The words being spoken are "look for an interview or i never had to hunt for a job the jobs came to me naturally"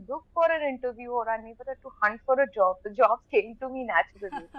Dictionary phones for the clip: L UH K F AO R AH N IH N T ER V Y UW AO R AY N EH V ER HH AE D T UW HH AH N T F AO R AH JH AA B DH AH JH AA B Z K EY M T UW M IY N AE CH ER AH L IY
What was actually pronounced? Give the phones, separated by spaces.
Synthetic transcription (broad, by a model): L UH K F AO R AH N IH N T ER V Y UW AO R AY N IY B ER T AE T UW HH AH N T F AO R AH JH AA B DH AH JH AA B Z K EY M T UW M IY N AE CH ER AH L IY